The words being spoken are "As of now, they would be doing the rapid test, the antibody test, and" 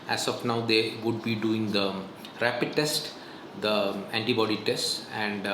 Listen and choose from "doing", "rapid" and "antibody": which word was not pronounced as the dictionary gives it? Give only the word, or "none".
none